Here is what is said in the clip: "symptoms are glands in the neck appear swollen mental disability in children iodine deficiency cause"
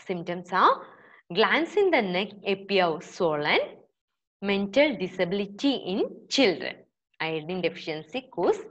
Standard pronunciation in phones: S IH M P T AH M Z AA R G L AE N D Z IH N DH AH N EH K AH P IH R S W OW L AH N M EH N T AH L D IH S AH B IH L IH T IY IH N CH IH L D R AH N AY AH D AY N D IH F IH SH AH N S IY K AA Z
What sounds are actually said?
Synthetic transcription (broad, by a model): S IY M T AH M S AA W G L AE N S IH N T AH N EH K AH P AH W S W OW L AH N M EH N T AH L D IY S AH B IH L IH T IY IH N CH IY L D R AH N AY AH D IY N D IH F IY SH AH N S IY K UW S